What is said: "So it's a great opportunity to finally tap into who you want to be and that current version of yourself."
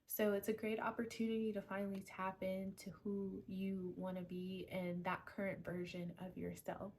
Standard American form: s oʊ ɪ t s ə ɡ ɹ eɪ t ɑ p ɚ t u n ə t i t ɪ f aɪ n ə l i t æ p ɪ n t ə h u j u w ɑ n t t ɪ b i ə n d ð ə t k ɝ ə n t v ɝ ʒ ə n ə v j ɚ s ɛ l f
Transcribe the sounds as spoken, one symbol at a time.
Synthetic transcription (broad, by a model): s oʊ ɪ t s ə ɡ ɹ eɪ t ɑ p ɚ t u n ə t i t ɪ f aɪ n l i t æ p ɪ n t ə h u j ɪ w ɑ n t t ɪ b i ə n ð ə t k ɝ ə n t v ɝ ʒ ə n ə v j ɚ s ɛ l f